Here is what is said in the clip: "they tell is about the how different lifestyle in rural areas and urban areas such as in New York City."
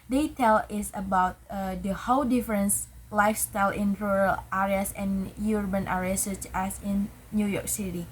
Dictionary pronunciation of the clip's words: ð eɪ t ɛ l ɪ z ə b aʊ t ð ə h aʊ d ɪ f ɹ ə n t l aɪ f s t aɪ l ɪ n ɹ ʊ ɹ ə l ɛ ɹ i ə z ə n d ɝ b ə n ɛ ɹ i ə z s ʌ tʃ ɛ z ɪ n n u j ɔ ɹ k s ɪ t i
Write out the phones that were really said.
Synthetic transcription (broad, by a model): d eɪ t ɛ l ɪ s ə b aʊ t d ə h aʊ d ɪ f ɹ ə n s l aɪ f s t aɪ l ɪ n ɹ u ɹ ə l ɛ ɹ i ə s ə n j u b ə n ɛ ɹ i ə s ʌ tʃ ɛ s ɪ n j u j ɔ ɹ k s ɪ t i